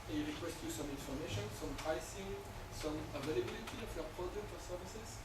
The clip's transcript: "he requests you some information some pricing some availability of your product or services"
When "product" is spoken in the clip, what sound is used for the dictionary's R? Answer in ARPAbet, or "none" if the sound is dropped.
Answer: none